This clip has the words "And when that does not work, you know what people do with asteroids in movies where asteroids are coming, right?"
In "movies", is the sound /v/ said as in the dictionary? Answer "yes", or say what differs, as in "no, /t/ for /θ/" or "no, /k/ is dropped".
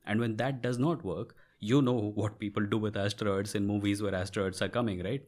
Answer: yes